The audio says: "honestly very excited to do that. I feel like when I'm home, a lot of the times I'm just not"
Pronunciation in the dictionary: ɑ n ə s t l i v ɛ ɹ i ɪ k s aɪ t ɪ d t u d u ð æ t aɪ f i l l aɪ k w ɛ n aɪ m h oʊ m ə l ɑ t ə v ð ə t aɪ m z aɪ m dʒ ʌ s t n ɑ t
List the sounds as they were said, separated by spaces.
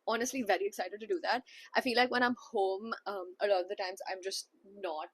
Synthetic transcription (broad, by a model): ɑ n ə s t l i v ɛ ɹ i ɪ k s aɪ t ɪ d t u d u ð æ t aɪ f i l l aɪ k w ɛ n aɪ m h oʊ m ə l ɑ t ə v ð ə t aɪ m z aɪ m dʒ ʌ s t n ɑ t